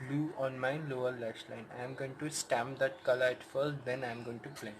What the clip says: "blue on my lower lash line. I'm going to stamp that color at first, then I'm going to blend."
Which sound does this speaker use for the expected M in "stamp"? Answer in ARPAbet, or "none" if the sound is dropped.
M